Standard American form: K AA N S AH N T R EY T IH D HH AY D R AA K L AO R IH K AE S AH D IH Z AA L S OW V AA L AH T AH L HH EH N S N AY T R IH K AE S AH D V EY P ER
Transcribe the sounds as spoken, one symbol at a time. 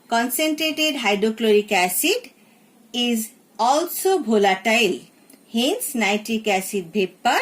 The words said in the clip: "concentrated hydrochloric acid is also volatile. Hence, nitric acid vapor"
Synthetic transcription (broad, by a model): K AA N S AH N T R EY T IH D HH AY D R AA K L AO R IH K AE S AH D IH Z AA L S OW B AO L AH T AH L HH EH N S N AY T IH K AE S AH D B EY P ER